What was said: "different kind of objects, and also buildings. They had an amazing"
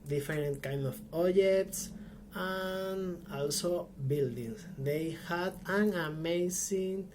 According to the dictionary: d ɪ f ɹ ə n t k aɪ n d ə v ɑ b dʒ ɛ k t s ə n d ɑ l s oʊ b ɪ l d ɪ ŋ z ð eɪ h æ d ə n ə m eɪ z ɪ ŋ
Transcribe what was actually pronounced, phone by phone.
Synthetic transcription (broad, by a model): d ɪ f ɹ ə n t k aɪ n d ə p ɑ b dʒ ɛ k t s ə n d ɑ l s oʊ b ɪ l d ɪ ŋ s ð eɪ h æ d ə n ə m eɪ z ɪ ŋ